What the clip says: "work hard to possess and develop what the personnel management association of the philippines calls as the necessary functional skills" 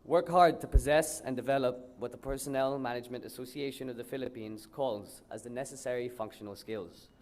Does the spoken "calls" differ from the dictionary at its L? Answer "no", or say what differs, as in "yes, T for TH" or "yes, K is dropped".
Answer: no